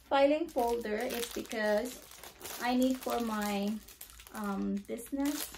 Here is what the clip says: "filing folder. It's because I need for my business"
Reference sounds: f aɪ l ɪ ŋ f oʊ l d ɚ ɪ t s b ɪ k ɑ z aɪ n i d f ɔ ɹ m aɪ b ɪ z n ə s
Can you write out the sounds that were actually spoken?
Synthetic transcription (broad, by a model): f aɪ l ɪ ŋ f oʊ l d ɚ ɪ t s b ɪ k ɑ z aɪ n i d f ɔ ɹ m aɪ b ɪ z n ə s